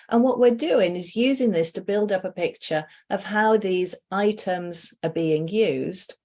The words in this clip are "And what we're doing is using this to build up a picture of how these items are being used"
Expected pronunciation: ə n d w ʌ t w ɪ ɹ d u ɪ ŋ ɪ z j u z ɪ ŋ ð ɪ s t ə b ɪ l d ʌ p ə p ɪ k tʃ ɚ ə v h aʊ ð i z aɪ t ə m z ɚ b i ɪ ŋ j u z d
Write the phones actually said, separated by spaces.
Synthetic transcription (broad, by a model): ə n w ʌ t w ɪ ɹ d u ɪ ŋ ɪ z j u z ɪ ŋ ð ɪ s t ə b ɪ l d ʌ p ə p ɪ k tʃ ɚ ə v h aʊ ð i z aɪ t ə m z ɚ b i ɪ ŋ j u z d